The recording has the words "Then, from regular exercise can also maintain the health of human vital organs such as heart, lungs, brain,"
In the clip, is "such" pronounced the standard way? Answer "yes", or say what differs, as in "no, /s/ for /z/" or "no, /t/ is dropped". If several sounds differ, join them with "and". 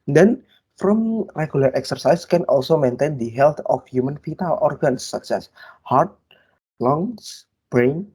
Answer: no, /s/ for /tʃ/